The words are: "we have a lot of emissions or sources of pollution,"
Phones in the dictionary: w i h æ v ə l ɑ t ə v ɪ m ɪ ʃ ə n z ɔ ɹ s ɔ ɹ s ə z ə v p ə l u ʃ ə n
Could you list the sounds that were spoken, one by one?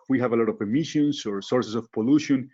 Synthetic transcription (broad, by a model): w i h æ v ə l ɑ t ə v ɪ m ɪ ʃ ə n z ɔ ɹ s ɔ ɹ s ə s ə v p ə l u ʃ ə n